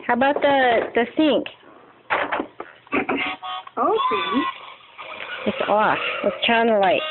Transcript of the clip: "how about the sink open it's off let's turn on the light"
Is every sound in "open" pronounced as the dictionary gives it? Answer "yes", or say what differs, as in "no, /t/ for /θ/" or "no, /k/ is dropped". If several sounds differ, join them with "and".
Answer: no, /n/ is dropped